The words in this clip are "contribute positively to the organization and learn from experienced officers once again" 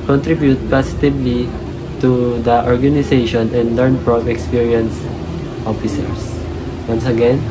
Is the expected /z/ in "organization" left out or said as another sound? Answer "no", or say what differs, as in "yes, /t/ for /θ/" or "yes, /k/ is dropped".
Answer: yes, /s/ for /z/